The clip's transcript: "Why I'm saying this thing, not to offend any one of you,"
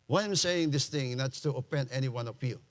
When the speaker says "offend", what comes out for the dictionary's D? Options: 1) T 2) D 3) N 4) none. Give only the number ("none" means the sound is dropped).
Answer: 4